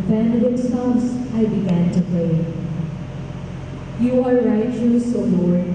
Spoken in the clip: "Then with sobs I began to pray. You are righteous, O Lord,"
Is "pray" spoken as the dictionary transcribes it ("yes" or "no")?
no